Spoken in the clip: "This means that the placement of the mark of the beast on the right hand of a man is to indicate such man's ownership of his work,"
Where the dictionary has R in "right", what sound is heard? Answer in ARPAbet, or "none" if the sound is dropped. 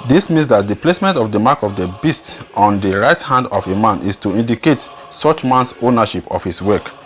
R